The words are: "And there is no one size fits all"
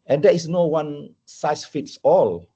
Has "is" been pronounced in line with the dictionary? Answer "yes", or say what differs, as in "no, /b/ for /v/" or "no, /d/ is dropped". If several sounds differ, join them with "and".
no, /s/ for /z/